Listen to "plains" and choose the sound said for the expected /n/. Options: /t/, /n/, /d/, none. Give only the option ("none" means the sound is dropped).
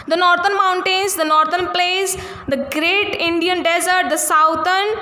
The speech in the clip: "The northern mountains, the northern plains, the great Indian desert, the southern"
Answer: none